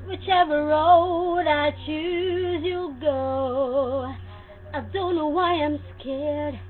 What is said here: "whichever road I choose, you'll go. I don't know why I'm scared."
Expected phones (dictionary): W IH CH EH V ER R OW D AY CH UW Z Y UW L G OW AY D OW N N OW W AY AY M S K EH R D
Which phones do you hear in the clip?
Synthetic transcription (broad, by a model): W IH CH EH V ER R OW D AY CH UW Z Y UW L G OW AY D OW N N OW W AY AY M S K EH R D